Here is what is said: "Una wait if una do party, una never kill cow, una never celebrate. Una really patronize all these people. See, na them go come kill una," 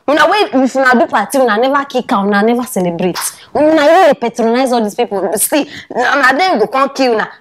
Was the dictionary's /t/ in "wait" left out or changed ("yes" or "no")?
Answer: yes